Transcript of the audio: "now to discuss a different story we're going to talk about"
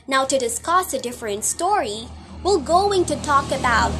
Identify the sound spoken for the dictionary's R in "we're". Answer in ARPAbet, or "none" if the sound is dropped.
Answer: L